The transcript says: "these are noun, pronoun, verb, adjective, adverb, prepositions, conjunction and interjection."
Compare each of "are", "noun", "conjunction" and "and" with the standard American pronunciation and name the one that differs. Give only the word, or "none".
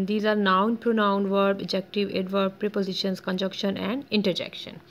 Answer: conjunction